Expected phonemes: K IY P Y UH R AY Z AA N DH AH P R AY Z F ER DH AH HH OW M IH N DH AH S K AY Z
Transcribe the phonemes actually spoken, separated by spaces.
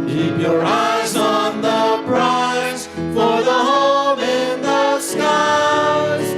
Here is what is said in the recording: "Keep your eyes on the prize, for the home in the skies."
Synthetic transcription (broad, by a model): K IY P Y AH R AY Z N DH AH B R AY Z F ER DH AH HH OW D IH N DH AH S K AY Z